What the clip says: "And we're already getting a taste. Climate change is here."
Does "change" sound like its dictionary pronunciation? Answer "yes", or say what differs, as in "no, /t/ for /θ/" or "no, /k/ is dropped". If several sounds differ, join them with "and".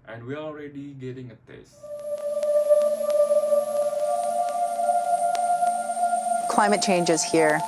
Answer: yes